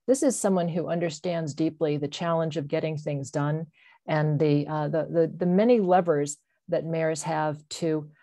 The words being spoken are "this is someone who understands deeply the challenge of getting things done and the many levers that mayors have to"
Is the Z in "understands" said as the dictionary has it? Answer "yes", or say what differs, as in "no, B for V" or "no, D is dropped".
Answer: yes